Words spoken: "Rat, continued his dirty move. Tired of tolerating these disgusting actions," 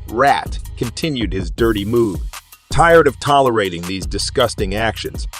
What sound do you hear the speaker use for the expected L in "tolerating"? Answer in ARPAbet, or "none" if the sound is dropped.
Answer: L